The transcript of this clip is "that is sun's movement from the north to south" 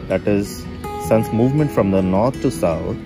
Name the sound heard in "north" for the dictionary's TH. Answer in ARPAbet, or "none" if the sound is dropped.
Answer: T